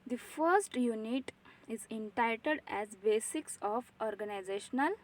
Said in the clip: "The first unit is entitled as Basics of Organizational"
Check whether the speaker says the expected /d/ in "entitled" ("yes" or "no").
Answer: yes